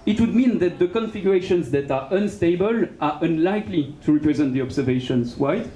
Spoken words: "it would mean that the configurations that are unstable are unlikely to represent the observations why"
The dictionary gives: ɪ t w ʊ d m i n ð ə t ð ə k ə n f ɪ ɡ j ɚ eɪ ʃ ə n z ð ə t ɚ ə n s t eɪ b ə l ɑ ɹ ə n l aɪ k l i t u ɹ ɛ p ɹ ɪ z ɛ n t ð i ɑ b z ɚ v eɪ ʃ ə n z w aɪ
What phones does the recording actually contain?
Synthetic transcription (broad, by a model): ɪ t w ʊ d m i n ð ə t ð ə k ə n f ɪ ɡ j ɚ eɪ ʃ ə n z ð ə t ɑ ə n s t eɪ b ə l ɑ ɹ ə n l aɪ k l i t u ɹ ɛ p ɹ ɪ z ɛ n t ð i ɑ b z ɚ v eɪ ʃ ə n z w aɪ